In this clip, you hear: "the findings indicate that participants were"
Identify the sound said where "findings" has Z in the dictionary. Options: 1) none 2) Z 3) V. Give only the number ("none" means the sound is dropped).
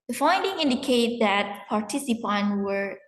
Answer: 1